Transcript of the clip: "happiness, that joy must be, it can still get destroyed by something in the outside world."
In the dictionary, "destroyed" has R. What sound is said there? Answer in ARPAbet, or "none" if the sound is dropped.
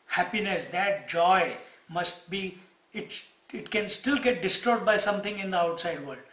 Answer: none